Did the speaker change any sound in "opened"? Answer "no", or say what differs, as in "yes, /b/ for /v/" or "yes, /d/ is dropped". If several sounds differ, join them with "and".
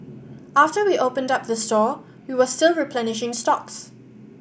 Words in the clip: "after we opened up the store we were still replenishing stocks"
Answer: no